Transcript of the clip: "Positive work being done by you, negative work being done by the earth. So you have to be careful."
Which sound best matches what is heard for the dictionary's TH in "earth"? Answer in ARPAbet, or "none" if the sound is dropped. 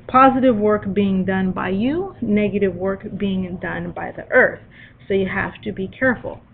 TH